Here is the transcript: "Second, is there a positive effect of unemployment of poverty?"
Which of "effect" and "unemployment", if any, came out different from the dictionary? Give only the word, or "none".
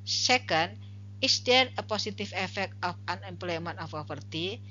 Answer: unemployment